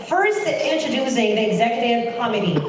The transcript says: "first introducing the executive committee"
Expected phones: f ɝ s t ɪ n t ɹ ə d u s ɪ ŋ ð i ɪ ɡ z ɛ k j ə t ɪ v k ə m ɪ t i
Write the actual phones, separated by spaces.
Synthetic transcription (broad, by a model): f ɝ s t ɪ n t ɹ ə d u s ɪ ŋ ð i ɪ ɡ z ɛ k j ə t ɪ v k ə m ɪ t i